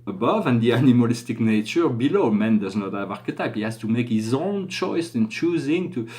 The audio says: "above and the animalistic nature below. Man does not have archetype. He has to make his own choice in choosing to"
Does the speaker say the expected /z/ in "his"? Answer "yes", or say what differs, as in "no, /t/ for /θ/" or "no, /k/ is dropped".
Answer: yes